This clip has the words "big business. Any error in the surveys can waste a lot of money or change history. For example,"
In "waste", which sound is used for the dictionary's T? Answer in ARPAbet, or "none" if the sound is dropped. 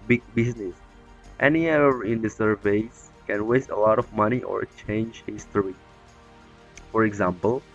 T